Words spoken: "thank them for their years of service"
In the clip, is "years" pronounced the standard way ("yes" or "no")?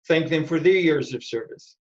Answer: yes